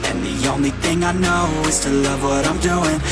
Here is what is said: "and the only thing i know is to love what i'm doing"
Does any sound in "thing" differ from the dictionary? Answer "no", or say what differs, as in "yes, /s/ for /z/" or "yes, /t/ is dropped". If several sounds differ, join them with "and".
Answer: no